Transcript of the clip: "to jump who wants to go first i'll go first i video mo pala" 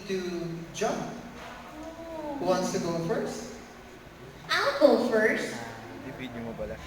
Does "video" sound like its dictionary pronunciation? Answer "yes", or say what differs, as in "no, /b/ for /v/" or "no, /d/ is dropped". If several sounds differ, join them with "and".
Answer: no, /b/ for /v/